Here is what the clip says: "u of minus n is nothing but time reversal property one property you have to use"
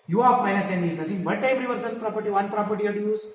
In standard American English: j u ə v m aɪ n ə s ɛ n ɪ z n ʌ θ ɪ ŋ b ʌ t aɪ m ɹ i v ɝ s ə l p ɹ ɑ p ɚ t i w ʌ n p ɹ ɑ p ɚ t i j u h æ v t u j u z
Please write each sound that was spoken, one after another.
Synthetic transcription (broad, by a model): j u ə p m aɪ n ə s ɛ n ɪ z n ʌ t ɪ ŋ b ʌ t aɪ m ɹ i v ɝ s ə n p ɹ ɑ p ɚ t i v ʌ n p ɹ ɑ p ɚ t i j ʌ t u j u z